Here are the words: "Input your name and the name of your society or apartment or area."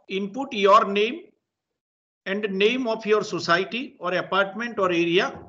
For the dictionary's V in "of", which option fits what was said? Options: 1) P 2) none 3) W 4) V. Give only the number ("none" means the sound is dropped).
1